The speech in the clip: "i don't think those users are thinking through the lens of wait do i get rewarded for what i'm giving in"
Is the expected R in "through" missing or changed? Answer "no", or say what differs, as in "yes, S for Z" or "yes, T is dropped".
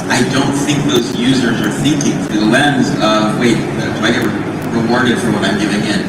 yes, R is dropped